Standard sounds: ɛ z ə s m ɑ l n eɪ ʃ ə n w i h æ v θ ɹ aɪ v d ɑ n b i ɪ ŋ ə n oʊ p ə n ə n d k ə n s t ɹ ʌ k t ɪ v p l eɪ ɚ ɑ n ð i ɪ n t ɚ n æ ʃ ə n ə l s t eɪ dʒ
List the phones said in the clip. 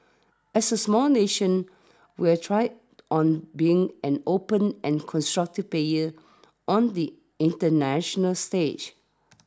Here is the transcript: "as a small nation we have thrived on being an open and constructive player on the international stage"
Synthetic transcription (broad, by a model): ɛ s ə s m ɑ l n eɪ ʃ ə n w i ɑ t ɹ aɪ d ɑ n b i ɪ ŋ ə n oʊ p ə n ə n k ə n s t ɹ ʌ k t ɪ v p eɪ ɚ ɑ n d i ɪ n t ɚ n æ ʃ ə n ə l s t eɪ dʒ